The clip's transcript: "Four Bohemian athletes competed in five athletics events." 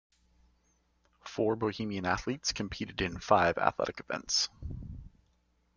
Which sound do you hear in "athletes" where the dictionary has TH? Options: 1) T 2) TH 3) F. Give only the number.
2